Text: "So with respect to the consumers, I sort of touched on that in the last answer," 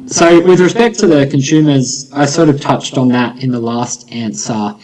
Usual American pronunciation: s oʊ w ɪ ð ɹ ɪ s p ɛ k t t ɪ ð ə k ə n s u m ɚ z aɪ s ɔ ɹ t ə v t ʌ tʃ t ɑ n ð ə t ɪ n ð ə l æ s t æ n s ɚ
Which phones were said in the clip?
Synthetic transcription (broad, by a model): s oʊ w ɪ ð ɹ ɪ s p ɛ k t t ɪ ð ə k ə n s u m ɚ z aɪ s ɔ ɹ t ə v t ʌ tʃ t n ð ə t ɪ n ð ə l æ s t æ n s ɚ